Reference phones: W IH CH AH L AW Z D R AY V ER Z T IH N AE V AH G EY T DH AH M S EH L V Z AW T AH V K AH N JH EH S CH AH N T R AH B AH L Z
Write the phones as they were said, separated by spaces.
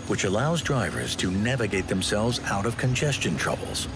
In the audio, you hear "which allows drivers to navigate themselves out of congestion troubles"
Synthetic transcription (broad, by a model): W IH CH AH L AW Z D R AY V ER Z T IH N AE V AH G EY T DH AH M S EH L V Z AW T AH V K AH N JH EH S CH AH N T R AH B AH L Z